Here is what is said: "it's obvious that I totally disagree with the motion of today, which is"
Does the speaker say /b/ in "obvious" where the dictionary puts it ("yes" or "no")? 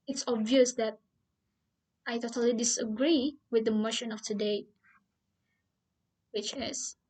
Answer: yes